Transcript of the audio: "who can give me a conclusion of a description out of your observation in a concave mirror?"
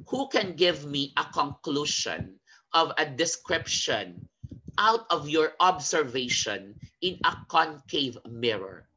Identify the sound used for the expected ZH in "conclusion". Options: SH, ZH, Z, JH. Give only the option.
SH